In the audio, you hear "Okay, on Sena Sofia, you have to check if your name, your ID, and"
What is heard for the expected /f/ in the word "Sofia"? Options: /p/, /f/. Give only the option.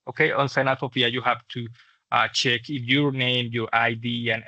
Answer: /p/